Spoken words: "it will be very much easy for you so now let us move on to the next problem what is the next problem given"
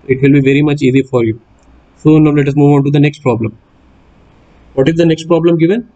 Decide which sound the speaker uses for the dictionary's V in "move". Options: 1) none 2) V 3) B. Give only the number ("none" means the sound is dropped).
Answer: 2